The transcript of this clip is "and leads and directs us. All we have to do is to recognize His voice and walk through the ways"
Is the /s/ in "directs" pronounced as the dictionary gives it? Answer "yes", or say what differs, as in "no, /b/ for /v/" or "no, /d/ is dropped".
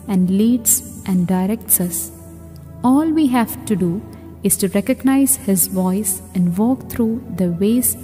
yes